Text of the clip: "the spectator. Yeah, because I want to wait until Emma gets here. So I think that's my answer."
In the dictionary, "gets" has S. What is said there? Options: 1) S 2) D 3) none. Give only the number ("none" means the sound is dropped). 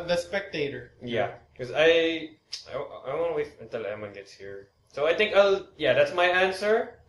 1